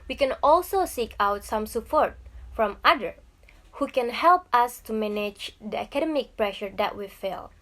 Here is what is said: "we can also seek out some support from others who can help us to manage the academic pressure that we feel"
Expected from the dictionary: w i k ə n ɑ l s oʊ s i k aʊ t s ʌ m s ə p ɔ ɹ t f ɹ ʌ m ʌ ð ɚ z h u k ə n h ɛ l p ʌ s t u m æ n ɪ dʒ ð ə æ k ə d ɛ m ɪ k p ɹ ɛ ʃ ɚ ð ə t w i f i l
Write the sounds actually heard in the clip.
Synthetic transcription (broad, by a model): w i k ə n ɑ l s oʊ s i k aʊ t s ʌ m s ə p ɔ ɹ t f ɹ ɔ m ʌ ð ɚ h u k ə n h ɛ l p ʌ s t u m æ n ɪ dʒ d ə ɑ k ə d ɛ m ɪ k p ɹ ɛ ʃ ɚ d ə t w i f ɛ l